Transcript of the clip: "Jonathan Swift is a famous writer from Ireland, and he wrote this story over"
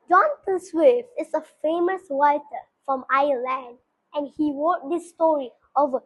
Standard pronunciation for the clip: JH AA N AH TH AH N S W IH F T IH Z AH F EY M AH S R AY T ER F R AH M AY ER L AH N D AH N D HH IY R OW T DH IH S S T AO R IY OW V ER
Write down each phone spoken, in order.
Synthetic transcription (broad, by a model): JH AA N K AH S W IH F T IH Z AH F EY M AH S W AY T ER F R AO M AY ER L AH N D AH N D HH IY R OW T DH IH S S T AO R IY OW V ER